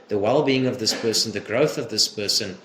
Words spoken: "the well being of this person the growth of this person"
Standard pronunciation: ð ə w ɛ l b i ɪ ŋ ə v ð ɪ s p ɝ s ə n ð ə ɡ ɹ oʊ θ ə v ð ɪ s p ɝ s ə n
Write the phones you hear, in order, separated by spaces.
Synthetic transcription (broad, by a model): ð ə w ɛ l b i ɪ ŋ ə v ð ɪ s p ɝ s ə n ð ə ɡ ɹ oʊ θ ə v ð ɪ s p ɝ s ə n